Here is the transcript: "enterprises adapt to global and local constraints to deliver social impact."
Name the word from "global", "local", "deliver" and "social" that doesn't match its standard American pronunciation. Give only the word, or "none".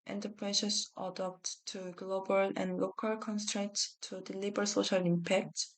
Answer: deliver